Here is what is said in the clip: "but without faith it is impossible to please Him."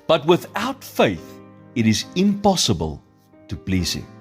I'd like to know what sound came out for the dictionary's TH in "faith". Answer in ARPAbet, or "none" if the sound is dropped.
TH